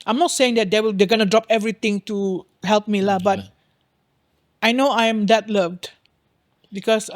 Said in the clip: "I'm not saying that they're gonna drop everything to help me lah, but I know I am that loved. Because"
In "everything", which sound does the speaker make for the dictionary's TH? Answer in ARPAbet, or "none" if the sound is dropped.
T